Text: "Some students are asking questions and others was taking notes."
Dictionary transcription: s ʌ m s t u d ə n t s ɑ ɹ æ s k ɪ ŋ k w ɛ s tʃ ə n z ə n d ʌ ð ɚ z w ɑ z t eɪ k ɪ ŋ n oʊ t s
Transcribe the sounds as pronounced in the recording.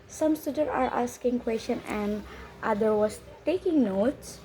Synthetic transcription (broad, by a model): s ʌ m s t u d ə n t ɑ ɹ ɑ s k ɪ ŋ k w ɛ s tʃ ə n ə n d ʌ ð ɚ w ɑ s t eɪ k ɪ ŋ n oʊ t s